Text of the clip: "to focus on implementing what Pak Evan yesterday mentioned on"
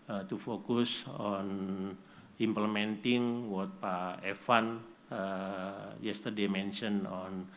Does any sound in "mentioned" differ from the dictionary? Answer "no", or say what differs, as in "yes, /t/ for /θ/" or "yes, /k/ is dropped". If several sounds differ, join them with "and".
yes, /d/ is dropped